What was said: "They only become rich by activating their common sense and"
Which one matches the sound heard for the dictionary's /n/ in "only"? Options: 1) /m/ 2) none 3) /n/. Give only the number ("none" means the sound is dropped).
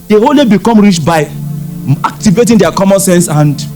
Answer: 2